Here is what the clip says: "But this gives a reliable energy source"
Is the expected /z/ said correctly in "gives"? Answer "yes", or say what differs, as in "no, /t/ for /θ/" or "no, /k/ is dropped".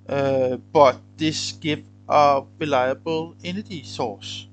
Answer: no, /z/ is dropped